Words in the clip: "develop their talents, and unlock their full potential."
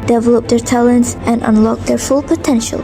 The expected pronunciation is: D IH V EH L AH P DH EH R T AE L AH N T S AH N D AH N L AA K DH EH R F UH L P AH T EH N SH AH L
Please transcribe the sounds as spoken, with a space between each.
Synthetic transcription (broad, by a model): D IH V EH L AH P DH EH R T AE L AH N T S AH N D AH N L AA K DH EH R F UH L P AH T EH N SH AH L